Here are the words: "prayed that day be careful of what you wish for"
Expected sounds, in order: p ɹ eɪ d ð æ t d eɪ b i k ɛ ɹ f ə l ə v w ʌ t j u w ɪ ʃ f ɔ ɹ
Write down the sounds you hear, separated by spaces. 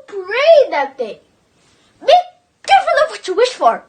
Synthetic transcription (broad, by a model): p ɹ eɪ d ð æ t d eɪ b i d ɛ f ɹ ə n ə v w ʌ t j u w ɪ ʃ f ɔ ɹ